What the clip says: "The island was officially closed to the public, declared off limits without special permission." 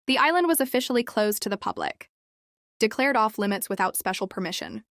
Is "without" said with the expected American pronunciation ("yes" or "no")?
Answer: yes